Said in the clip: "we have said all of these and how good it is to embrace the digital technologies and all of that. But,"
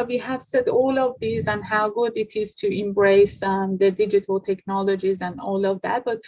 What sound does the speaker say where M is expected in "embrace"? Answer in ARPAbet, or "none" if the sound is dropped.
M